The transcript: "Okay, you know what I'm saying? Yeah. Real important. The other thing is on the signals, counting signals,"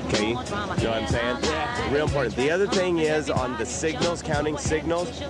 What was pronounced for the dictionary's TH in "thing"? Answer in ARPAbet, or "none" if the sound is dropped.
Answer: TH